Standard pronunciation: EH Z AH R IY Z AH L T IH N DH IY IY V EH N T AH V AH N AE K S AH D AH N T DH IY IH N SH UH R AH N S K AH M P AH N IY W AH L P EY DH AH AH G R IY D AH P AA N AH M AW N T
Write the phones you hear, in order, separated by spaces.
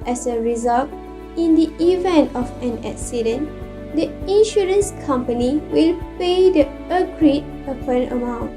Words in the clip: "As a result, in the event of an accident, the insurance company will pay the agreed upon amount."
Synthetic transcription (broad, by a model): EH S AH R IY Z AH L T IH N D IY IY V EH N T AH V AH N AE K S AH D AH N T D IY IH N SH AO R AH N S K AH M P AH N IY W AH L P EY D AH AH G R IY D AH P AA N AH M AW N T